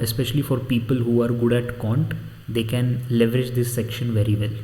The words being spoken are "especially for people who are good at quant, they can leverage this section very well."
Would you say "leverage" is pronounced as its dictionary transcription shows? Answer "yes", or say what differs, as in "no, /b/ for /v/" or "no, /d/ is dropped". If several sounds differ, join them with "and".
yes